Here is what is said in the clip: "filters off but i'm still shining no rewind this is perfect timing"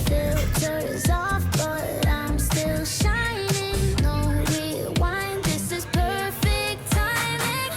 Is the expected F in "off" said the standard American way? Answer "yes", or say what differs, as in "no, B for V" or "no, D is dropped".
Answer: yes